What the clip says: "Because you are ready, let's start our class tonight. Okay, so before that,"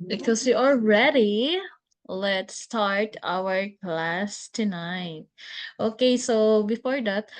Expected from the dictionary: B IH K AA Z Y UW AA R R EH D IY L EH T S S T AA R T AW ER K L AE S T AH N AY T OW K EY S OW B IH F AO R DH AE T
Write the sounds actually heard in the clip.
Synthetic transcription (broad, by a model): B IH K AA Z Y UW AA L R EH D IY L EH T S S T AA R T AW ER K L AE S T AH N AY T OW K EY S OW B IH F AO R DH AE T